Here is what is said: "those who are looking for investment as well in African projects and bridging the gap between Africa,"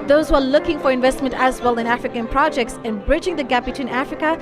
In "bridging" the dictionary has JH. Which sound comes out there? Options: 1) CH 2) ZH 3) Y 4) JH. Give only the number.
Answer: 4